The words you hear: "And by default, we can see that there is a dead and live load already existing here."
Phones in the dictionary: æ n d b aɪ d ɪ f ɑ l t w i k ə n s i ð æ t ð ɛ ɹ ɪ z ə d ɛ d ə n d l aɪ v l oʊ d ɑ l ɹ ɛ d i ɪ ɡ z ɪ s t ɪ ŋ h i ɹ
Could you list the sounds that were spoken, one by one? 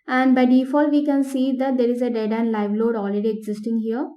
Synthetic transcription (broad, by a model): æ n d b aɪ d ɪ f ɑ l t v i k ə n s i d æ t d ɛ ɹ ɪ z ə d ɛ d ə n d l aɪ v l oʊ d ɑ l ɹ ɛ d i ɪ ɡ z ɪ s t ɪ ŋ h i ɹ